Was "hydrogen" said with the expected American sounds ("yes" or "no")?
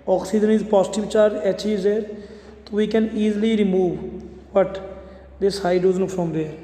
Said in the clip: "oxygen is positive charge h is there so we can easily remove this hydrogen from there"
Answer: no